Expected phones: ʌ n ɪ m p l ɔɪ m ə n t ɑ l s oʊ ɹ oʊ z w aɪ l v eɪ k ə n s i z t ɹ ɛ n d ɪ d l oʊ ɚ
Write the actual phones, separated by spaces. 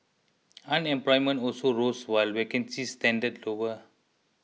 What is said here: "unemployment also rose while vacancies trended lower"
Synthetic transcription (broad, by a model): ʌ n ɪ m p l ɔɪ m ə n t ɑ l s oʊ ɹ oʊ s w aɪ l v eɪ k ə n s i s t ɛ n d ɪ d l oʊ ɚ